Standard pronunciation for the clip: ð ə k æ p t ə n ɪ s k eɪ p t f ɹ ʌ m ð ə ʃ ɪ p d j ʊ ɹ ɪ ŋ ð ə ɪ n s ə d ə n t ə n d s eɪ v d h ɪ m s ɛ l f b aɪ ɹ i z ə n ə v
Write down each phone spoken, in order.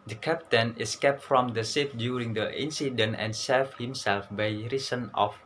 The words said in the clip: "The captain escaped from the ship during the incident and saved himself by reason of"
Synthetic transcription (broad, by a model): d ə k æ p t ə n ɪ s k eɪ p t f ɹ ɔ m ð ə s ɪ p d j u ɹ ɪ ŋ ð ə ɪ n s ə d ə n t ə n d s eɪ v h ɪ m s ɛ l f b aɪ ɹ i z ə n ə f